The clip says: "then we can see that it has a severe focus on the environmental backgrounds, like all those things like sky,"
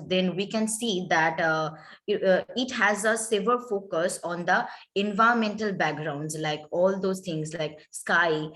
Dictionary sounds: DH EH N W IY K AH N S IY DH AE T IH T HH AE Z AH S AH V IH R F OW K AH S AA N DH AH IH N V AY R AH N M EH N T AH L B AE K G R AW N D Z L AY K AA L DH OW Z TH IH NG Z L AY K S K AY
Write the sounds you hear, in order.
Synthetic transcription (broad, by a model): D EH N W IY K AH N S IY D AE T IH T HH AE Z AH S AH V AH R F OW K AH S AA N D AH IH N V AY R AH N M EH N T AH L B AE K G R AW N D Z L AY K AA L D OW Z T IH NG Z L AY K S K AY